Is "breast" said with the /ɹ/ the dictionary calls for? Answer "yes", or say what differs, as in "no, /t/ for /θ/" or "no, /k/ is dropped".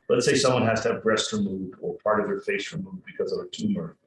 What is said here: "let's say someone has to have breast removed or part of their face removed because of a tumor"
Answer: yes